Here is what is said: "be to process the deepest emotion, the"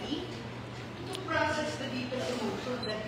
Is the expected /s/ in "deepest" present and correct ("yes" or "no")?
no